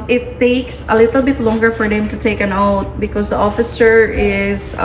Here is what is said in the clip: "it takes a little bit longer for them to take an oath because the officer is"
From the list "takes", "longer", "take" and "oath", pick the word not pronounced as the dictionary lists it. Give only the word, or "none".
oath